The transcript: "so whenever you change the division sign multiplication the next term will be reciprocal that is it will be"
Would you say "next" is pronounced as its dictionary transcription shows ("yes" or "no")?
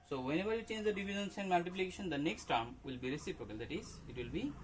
yes